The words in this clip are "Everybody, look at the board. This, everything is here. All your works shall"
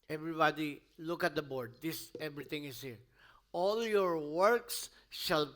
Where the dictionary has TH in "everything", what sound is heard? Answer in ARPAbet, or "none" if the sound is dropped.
T